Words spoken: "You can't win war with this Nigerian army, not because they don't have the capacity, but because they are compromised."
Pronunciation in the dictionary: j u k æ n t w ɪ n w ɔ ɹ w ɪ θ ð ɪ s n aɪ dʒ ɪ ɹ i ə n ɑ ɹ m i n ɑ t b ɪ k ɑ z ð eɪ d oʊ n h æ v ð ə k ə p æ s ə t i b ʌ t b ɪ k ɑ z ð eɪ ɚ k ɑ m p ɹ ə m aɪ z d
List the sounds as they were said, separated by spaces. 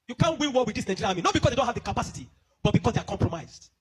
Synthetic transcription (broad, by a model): j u k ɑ n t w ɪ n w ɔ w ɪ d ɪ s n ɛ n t l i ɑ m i n ɑ t b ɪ k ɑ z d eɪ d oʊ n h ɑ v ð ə k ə p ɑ s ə t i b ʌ t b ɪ k ɑ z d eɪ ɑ k ɑ m p ɹ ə m aɪ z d